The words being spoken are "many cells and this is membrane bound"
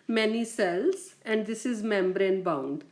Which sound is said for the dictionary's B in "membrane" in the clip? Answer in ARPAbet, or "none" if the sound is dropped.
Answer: B